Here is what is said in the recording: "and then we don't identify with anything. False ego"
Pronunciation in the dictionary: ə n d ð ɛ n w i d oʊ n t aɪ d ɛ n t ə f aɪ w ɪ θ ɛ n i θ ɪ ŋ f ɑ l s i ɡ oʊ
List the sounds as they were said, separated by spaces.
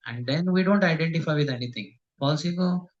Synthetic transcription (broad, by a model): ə n d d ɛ n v i d oʊ n t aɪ d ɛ n t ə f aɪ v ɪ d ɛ n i t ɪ ŋ p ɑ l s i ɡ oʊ